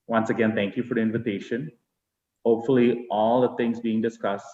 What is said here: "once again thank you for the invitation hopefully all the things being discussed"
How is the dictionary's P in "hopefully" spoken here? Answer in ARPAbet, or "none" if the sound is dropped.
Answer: P